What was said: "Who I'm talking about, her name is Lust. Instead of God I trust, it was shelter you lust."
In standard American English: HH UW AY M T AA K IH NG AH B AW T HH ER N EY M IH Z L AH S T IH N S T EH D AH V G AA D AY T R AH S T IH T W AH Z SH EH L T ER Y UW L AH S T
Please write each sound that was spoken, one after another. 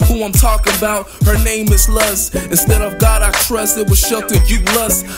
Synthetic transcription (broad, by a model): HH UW AY M T AA K IH NG AH B AW T HH ER N EY M IH Z L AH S IH N S T EH D AH V G AA D AY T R AH S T IH T W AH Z SH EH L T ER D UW L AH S